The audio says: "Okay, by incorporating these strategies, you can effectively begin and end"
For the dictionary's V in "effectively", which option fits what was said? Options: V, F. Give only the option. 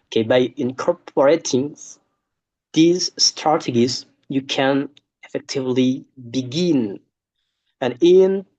V